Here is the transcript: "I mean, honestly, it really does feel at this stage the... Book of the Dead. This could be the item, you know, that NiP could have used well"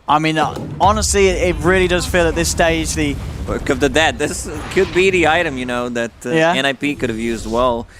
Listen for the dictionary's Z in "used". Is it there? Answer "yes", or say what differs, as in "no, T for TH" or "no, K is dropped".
yes